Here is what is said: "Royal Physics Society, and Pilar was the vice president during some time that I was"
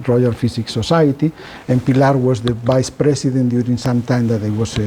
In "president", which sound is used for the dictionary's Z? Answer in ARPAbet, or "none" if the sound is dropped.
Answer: S